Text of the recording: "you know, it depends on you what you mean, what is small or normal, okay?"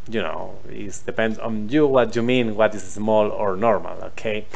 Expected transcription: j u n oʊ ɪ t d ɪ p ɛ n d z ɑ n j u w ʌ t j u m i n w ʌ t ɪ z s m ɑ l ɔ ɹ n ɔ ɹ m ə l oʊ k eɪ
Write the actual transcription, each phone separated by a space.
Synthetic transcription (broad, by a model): j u n oʊ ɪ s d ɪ p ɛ n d ɑ n j u w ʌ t j u m i n w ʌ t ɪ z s m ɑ l ɔ ɹ n ɔ ɹ m ə l oʊ k eɪ